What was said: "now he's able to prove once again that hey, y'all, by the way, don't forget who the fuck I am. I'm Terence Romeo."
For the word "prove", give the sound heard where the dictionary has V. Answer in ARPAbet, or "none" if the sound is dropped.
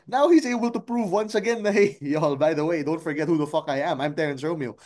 V